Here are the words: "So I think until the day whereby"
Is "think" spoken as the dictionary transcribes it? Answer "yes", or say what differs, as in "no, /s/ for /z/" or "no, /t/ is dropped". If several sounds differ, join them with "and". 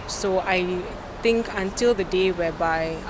no, /t/ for /θ/